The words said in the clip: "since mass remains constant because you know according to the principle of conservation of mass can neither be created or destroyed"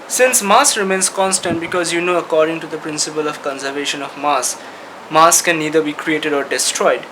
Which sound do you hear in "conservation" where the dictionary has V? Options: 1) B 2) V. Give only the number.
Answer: 2